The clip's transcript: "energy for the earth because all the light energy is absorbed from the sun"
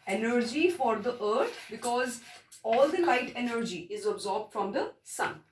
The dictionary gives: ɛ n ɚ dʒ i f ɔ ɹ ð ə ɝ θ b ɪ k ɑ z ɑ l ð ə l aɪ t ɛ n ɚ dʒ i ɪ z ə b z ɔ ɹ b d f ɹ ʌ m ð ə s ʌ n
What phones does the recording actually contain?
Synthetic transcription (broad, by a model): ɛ n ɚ dʒ i f ɔ ɹ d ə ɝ t b ɪ k ɑ z ɑ l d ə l aɪ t ɛ n ɚ dʒ i ɪ z ə b z ɔ ɹ b d f ɹ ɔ m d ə s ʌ n